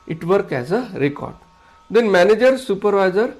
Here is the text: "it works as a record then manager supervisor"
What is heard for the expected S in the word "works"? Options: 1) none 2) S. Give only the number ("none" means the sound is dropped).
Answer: 1